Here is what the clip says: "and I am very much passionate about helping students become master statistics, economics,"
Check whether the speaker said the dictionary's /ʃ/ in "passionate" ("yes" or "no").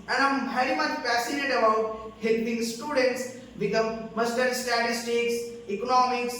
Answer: no